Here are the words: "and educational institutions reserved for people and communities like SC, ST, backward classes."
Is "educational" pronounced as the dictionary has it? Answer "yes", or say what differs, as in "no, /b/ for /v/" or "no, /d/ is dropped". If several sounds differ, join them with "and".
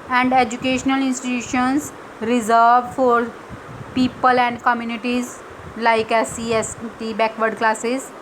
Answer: yes